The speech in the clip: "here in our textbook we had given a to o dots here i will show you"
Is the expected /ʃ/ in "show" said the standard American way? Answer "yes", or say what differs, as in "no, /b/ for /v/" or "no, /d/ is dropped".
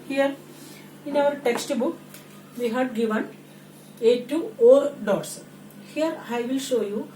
yes